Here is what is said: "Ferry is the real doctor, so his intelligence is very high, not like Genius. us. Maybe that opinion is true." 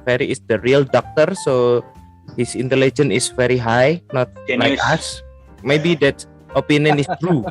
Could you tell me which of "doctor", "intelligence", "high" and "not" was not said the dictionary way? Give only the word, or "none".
intelligence